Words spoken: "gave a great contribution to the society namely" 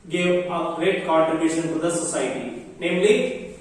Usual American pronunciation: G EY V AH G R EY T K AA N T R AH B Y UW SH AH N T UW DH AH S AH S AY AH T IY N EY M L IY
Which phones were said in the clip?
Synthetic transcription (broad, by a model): G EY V AH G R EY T K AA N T AH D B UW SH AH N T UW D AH S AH S AY T IY N EY M L IY